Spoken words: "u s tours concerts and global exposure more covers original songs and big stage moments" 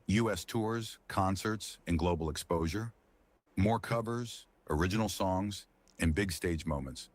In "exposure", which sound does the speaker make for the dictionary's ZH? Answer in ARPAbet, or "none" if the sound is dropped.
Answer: ZH